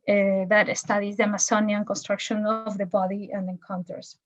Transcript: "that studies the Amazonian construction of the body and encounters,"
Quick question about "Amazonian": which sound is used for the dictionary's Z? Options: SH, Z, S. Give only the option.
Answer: S